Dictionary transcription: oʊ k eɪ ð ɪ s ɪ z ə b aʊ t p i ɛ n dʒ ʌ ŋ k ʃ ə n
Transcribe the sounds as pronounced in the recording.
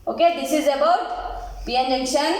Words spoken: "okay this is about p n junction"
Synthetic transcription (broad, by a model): oʊ k eɪ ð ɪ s ɪ z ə b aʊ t b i ɛ n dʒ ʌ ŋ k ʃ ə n